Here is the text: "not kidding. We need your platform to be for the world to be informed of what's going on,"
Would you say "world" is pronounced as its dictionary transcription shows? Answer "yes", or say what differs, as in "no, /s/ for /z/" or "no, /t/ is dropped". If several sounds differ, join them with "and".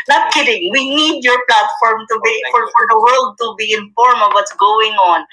yes